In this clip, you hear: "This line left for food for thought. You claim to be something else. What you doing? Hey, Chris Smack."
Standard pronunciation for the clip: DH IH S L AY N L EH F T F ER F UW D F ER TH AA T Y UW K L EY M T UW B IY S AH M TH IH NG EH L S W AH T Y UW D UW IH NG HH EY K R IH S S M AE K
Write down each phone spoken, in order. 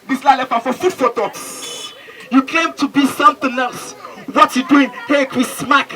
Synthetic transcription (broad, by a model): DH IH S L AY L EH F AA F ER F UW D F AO T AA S Y UW K EY M T UW B IY S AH M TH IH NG EH L S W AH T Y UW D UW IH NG HH EY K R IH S S M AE K